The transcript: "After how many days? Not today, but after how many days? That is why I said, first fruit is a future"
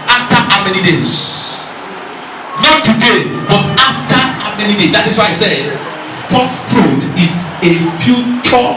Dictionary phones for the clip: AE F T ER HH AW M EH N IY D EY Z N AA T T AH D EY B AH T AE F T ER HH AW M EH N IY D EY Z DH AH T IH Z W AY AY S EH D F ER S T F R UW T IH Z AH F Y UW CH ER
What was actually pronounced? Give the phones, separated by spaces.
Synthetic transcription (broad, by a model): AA F T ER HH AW M EH N IY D EY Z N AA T T AH D EY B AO T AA F T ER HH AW M EH N IY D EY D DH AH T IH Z W AY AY S EH D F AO T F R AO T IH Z AH F Y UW CH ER